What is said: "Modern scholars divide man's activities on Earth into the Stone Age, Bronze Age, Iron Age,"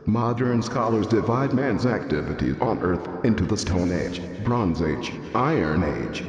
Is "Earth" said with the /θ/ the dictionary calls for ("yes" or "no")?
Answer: yes